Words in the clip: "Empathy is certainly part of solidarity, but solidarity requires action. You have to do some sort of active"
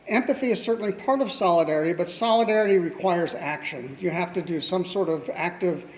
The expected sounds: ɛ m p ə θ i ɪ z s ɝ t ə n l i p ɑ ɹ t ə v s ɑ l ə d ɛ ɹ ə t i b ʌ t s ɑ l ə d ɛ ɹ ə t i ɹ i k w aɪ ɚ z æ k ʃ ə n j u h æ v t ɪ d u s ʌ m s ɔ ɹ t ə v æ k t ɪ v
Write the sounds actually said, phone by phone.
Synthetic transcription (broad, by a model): ɛ m p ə θ i ɪ z s ɝ t n l i p ɑ ɹ t ə v s ɑ l ə d ɛ ɹ ə t i b ʌ t s ɑ l ə d ɛ ɹ ə t i ɹ i k w aɪ ɚ z æ k ʃ ə n j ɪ h æ f t ɪ d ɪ s ʌ m s ɔ ɹ t ə v æ k t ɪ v